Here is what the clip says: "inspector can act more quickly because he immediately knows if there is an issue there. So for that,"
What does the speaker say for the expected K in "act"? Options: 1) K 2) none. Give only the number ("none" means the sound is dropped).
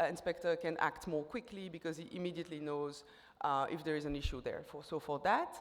1